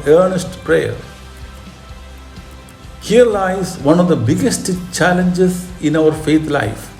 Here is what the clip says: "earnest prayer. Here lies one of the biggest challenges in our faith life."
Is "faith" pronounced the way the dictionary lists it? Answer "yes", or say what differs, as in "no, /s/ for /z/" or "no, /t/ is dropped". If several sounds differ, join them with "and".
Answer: no, /t/ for /θ/